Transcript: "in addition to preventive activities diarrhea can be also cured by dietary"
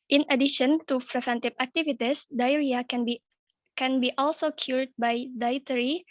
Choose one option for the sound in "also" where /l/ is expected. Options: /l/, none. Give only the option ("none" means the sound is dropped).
/l/